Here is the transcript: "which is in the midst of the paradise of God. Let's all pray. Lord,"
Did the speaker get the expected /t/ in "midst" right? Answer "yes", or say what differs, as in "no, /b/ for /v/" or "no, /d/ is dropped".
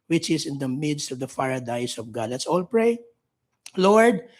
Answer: yes